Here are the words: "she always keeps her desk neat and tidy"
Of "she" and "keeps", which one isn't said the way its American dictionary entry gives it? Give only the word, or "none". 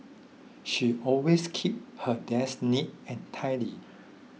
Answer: keeps